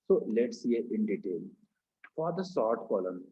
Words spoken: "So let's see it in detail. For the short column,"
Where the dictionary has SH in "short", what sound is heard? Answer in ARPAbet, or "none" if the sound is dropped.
S